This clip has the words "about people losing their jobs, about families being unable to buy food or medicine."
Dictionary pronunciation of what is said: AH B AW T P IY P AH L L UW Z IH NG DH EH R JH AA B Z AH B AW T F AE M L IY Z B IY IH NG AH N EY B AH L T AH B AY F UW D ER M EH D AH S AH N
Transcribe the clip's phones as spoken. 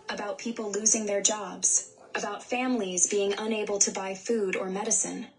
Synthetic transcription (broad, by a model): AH B AW T P IY P L L UW Z IH NG DH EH R JH AA B Z AH B AW T F AE M L IY Z B IY IH NG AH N EY B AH L T AH B AY F UW D ER M EH D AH S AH N